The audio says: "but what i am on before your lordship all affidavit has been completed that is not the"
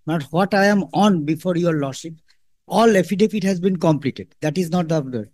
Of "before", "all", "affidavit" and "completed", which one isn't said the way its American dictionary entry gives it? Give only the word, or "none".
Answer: affidavit